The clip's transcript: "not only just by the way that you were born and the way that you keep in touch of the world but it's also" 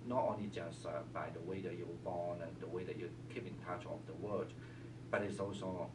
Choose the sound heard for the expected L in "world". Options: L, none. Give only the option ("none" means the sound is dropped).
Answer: none